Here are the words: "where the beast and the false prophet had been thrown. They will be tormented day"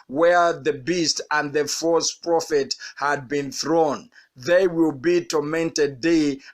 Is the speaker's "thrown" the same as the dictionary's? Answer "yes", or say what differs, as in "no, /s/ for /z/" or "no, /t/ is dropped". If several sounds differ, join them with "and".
yes